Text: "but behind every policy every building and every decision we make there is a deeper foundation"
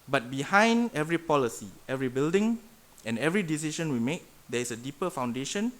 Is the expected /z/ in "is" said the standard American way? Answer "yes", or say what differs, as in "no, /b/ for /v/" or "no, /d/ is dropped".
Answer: no, /s/ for /z/